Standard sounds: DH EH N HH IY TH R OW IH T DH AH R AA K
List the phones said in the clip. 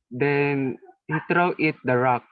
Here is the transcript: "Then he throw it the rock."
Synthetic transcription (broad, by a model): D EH N HH IY T R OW IH T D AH R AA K